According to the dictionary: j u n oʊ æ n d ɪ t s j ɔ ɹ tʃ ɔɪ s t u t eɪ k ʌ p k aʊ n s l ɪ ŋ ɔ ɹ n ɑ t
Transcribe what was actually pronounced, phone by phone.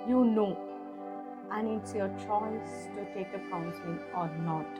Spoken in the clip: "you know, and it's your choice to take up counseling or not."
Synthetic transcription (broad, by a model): j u n oʊ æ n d ɪ t s j ɔ ɹ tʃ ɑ s t u t eɪ k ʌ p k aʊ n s ɪ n ɔ ɹ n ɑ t